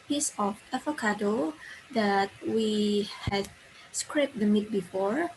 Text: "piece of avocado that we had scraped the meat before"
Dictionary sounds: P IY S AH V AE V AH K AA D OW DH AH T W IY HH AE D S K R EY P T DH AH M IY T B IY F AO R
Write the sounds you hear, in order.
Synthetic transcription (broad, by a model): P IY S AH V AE F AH K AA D OW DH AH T W IY HH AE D S K R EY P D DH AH M IY T B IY F AO R